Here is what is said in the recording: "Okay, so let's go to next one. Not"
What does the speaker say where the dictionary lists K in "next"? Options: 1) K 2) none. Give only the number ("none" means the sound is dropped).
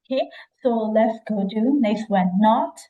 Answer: 2